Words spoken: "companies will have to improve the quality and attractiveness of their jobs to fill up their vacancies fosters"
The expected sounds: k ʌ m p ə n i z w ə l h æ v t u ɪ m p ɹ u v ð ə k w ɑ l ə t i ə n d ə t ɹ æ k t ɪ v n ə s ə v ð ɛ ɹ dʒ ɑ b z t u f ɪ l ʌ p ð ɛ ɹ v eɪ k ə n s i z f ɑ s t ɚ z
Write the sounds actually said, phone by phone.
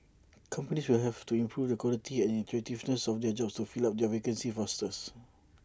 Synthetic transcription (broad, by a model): k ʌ m p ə n i s w ə l h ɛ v t u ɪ m p ɹ u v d ə k w ɑ l ə t i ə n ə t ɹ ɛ t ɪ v n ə s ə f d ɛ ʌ dʒ ɑ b s t u f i l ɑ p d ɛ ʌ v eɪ k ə n s i f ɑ s t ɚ s